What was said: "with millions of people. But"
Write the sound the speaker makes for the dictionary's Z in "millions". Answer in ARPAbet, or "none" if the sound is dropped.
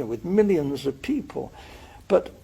Z